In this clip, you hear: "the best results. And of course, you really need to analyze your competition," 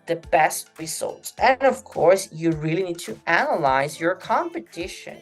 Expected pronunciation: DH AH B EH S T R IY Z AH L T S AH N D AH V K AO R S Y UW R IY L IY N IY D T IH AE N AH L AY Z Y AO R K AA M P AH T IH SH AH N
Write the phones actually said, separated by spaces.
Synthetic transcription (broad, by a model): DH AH B EH S T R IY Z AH L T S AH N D AH V K AO R S Y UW R IY L IY N IY D T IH AE N AH L AY Z Y AO R K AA M P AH T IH SH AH N